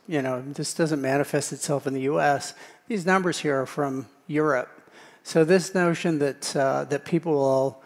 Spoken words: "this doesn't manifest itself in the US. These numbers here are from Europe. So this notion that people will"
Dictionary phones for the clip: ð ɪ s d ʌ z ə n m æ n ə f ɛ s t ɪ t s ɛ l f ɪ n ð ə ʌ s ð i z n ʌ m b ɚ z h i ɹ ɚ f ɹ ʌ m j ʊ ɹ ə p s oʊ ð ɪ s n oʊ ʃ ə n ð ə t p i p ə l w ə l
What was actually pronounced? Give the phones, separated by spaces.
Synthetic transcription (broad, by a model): ð ɪ s d ʌ z ə n m æ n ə f ɛ s t ɪ t s ɛ l f ɪ n ð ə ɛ s ð i z n ʌ m b ɚ z h i ɹ ɚ f ɹ ʌ m j ʊ ɹ ə p s oʊ ð ɪ s n oʊ ʃ ə n ð ə t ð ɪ p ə l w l